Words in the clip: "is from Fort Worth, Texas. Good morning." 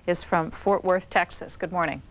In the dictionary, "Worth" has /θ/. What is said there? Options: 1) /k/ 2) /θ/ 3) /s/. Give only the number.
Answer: 2